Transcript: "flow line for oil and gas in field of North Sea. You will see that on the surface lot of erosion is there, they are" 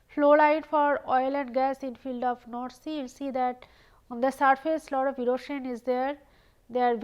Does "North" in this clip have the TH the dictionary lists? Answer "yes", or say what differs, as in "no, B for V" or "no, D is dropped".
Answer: no, T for TH